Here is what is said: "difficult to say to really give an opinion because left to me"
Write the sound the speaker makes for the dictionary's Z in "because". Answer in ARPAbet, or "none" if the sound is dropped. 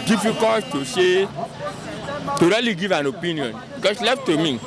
S